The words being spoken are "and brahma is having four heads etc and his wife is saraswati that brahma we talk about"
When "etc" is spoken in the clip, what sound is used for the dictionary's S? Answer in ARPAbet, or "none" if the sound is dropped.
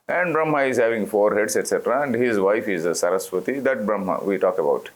S